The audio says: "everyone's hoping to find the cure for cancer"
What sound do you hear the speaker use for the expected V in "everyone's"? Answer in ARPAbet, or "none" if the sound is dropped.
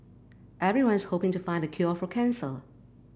V